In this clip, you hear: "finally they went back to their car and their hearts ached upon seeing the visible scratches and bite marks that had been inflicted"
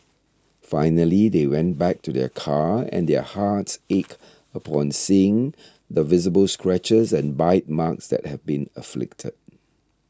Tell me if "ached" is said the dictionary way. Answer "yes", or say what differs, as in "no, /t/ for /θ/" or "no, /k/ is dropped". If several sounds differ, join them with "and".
no, /t/ is dropped